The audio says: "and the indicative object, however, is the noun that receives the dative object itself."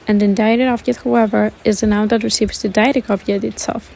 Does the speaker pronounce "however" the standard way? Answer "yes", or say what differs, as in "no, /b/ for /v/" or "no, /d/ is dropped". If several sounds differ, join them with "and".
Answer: yes